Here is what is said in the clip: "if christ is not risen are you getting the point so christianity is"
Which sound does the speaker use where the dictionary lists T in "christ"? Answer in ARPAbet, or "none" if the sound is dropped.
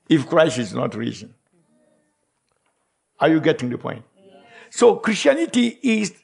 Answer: none